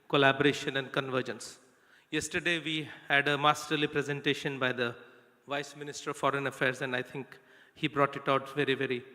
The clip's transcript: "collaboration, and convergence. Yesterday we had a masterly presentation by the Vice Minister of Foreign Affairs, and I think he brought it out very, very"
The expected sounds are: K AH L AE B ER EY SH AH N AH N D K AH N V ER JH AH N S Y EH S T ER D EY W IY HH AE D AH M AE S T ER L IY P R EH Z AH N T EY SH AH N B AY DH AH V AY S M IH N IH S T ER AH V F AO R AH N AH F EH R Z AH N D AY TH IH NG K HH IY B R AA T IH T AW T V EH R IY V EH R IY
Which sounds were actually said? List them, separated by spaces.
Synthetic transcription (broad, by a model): K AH L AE B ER EY SH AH N AH N D K AH N V ER JH AH N S Y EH S T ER D EY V IY HH AE D AH M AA S T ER L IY P R EH Z AH N T EY SH AH N B AY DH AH V AY S M IH N IH S T ER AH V F AO R AH N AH F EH R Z AH N D AY T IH NG K HH IY B R AA T IH T AW T V EH R IY V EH R IY